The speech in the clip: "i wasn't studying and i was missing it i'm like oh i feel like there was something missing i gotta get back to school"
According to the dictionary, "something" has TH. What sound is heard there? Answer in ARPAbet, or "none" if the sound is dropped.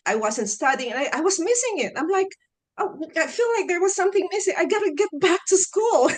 TH